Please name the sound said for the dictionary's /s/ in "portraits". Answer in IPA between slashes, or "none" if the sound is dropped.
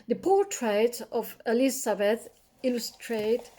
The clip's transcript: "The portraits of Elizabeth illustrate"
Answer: none